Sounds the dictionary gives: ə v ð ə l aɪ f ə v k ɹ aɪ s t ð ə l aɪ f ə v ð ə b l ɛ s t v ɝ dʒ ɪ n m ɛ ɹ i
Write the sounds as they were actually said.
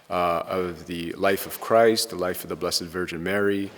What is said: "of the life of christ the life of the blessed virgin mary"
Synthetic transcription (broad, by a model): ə v ð ə l aɪ f ə v k ɹ aɪ s t ð ə l aɪ f ə v ð ə b l ɛ s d v ɝ dʒ ɪ n m ɛ ɹ i